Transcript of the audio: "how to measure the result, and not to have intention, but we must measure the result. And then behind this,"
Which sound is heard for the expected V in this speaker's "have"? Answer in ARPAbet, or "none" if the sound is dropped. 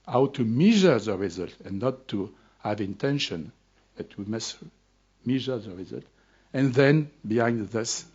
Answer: V